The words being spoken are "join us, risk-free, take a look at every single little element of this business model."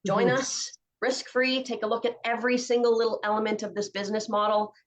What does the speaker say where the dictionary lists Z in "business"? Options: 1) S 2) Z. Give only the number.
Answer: 2